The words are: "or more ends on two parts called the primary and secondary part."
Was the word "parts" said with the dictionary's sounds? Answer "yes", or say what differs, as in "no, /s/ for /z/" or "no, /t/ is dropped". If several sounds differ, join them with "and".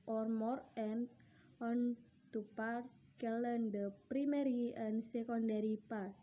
no, /s/ is dropped